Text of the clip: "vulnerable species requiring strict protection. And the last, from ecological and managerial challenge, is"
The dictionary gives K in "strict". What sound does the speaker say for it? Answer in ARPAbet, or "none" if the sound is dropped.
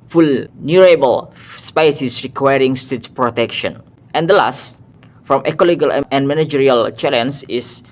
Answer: none